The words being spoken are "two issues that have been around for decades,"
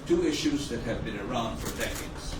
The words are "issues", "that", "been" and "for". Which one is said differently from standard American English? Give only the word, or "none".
none